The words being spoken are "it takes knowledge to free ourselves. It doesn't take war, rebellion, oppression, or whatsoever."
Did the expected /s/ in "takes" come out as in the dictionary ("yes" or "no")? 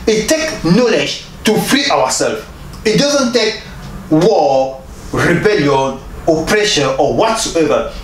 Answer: no